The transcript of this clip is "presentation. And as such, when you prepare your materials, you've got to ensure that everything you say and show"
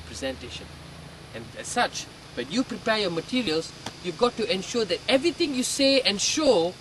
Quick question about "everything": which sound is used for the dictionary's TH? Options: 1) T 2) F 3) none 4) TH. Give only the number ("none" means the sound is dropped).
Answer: 1